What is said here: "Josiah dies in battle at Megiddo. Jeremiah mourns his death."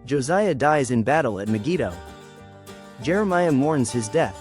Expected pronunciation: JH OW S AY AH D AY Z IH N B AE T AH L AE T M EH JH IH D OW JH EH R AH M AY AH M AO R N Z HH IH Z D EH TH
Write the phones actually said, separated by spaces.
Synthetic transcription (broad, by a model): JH OW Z AY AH D AY Z IH N B AE T L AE T M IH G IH D OW JH EH R AH M AY AH M AO R N Z HH IH Z D EH TH